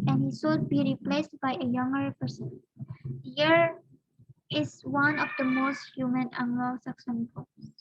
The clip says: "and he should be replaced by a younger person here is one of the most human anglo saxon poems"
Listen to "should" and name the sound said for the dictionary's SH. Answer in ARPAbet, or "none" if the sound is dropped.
S